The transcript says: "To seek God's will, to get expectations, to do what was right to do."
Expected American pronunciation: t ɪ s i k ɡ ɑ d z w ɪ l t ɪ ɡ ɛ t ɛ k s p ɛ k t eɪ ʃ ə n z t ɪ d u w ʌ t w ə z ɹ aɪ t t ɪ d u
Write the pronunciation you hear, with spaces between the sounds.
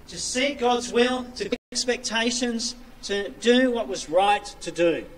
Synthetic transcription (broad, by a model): t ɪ s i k ɡ ɑ d z w ɪ l t ɪ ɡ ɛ ɛ k s p ɛ k t eɪ ʃ ə n z t ɪ d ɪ w ʌ t w ə z ɹ aɪ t t ɪ d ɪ